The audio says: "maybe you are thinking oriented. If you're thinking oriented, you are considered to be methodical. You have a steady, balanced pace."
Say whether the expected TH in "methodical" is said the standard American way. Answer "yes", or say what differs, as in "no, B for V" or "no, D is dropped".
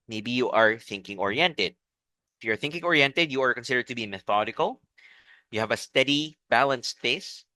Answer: yes